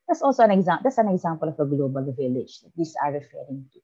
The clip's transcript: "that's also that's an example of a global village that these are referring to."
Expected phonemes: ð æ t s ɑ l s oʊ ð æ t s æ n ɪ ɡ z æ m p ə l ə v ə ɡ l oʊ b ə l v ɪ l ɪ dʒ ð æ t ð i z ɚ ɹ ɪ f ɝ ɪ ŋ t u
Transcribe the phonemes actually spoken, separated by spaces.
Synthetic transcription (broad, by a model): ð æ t s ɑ l s oʊ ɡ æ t s æ n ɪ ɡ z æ m p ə l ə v ə ɡ l oʊ b ə l v ɪ l ɪ dʒ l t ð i s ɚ ɹ ɪ f ɝ ɪ ŋ t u